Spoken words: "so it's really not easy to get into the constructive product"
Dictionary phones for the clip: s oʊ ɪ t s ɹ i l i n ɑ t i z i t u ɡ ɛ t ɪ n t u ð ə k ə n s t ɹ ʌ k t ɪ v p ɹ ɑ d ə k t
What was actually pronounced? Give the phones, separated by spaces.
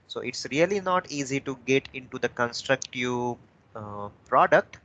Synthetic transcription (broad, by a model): s oʊ ɪ t s ɹ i l i n ɑ t i z i t u ɡ ɛ t ɪ n t u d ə k ə n s t ɹ ʌ k t ɪ v p ɹ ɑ d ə k t